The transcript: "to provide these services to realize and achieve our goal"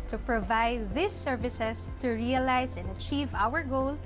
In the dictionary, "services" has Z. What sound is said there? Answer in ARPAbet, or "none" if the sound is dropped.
S